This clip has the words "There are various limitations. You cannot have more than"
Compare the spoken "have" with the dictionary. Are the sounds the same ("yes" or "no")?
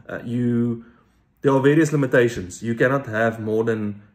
yes